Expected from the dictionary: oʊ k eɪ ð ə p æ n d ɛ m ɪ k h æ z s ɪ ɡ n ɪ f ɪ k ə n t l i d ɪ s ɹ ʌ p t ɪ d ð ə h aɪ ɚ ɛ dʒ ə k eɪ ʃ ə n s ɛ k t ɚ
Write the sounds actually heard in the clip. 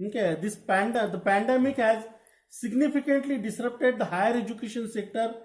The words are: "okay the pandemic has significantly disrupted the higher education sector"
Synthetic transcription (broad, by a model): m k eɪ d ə p æ n d ɛ m ɪ k h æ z s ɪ ɡ n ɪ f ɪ k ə n t l i d ɪ s ɹ ʌ p t ɪ d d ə h aɪ ɚ ɛ dʒ ə k eɪ ʃ ə n s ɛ k t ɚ